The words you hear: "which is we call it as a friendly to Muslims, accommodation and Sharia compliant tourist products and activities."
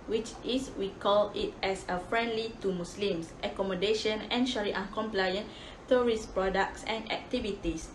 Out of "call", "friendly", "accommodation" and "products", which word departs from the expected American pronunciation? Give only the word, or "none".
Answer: none